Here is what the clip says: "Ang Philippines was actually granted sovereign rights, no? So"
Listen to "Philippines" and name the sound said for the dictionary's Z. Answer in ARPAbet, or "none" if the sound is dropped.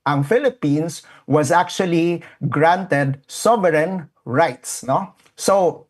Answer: S